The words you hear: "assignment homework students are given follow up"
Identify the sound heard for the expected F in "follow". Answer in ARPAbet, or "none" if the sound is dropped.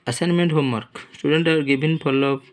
P